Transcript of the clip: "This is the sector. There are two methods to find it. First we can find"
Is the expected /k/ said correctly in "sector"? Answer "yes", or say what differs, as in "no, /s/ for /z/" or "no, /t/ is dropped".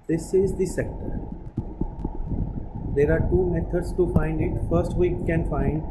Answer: yes